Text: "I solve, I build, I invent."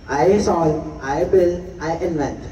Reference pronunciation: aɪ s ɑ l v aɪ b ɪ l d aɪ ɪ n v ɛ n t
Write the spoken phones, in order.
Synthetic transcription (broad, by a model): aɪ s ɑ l aɪ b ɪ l aɪ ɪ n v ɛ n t